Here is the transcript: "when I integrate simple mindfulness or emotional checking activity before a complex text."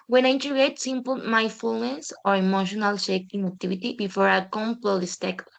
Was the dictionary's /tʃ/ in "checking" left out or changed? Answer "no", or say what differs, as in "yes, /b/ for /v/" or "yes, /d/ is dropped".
yes, /ʃ/ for /tʃ/